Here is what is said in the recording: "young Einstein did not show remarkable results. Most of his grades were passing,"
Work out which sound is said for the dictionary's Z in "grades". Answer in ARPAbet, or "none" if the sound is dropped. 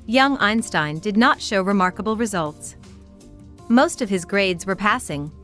Z